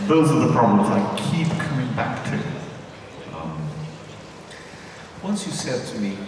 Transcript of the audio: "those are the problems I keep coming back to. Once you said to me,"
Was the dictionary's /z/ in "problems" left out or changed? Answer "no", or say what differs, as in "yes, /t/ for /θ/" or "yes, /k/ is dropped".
no